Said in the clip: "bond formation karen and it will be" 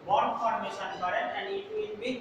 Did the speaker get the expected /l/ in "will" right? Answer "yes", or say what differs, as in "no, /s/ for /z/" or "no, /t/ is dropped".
no, /n/ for /l/